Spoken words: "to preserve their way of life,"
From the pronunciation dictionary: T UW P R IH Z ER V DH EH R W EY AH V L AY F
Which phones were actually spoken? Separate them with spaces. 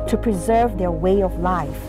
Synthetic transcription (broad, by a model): T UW P R IH Z ER V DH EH R W EY AH V L AY F